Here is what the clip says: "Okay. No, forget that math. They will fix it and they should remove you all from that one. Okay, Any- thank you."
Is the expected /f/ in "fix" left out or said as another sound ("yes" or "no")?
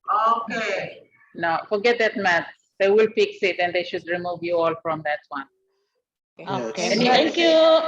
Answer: yes